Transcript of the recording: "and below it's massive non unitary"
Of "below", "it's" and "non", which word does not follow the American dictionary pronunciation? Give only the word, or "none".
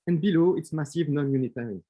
none